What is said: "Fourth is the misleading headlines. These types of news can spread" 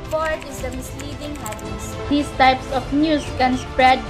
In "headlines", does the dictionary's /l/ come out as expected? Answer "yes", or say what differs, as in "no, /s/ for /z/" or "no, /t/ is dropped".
no, /l/ is dropped